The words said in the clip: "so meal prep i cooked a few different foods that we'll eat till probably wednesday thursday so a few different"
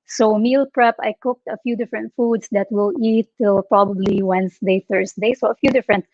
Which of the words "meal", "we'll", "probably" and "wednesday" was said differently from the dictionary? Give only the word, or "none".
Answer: wednesday